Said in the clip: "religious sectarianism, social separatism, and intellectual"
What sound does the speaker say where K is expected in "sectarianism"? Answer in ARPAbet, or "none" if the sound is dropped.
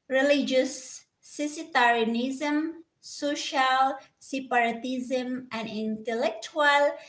none